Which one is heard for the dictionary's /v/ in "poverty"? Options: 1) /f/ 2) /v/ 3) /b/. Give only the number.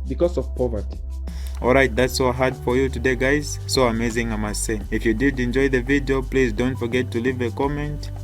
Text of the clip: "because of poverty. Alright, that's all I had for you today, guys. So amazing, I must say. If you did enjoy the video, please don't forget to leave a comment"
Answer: 2